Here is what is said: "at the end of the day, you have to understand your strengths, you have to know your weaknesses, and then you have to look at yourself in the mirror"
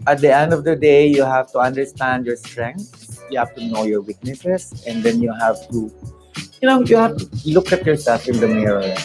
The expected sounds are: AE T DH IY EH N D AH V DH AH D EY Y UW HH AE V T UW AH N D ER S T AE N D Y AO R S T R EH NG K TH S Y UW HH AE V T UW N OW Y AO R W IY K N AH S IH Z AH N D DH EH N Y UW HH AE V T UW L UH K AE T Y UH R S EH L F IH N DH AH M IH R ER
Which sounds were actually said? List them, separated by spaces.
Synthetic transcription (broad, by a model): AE T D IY EH N D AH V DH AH D EY Y UW HH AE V T UW AH N D ER S T AE N D Y AO R S T R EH NG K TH Y UW HH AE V T UW N OW Y AO R W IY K N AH S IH S AH N D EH N Y UW HH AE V T UW L UH K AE T Y UH R S EH L F IH N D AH M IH R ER